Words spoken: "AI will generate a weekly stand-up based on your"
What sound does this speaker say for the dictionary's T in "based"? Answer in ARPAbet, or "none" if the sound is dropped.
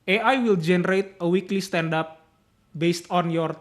T